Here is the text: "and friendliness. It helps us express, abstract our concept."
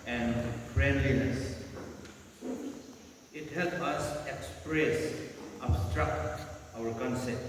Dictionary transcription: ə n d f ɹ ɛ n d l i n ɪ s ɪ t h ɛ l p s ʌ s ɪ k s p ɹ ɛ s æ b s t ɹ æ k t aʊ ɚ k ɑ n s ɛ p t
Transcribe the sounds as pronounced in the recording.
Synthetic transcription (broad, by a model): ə n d f ɹ ɛ n d l i n ɪ s ɪ t h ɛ l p ʌ s ɪ k s p ɹ ɛ s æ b s t ɹ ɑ k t aʊ ɚ k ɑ n s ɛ p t